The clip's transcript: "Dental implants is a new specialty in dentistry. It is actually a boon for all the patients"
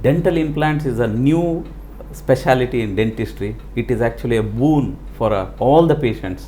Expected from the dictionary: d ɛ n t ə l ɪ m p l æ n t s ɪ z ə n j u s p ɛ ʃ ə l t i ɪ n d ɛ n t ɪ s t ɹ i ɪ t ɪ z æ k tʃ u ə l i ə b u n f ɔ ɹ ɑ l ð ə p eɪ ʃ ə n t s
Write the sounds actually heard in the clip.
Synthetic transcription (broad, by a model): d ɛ n t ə l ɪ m p l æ n t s ɪ z ə n j u s p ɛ ʃ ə l t i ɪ n d ɛ n t ɪ s t ɹ i ɪ t ɪ z æ k tʃ u ə l i ə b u n f ɔ ɹ ɑ l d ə p eɪ ʃ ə n t s